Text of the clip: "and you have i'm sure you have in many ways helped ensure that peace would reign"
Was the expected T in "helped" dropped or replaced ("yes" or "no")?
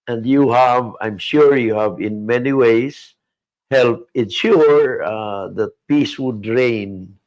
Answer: yes